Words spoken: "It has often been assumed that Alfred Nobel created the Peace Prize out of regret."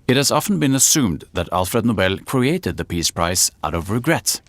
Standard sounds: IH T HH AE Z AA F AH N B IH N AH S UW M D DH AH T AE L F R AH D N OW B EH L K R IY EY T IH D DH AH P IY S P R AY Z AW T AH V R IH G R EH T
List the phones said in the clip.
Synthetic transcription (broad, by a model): IH T HH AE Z AA F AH N B IH N AH S UW M D DH AH T AE L F R AH D N OW B EH L K R IY EY T IH D DH AH P IY S P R AY S AW T AH V R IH G R EH T